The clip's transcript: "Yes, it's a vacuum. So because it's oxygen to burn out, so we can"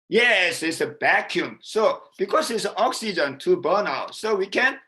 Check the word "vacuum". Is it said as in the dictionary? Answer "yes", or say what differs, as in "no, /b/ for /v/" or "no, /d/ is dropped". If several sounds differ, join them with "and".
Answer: no, /b/ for /v/